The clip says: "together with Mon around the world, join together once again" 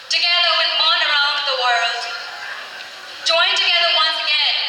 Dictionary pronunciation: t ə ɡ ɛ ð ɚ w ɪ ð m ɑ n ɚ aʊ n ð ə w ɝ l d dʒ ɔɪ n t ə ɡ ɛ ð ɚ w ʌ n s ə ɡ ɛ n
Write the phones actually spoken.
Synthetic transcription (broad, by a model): t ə ɡ ɛ ð ɚ w ɪ ð m ɑ n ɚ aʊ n ð ə w ɝ l d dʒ ɔɪ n t ə ɡ ɛ ð ɚ w ʌ n s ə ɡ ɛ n